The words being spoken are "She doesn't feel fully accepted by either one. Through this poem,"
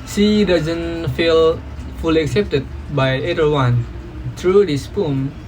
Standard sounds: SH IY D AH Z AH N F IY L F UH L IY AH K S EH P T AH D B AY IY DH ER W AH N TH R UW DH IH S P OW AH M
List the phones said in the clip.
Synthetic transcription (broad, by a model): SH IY D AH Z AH N F IY L F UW L IY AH K S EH P T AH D B AY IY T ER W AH N T R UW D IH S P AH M